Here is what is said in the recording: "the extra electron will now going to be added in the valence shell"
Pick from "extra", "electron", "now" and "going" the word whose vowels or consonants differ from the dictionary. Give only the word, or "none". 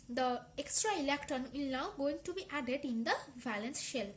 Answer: electron